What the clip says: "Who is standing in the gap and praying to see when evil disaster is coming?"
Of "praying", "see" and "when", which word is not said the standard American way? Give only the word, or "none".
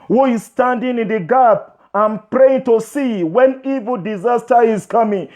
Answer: none